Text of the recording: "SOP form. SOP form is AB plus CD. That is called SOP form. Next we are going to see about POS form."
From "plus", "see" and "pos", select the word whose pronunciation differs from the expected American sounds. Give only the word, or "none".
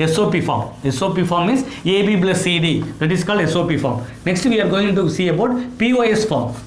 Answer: plus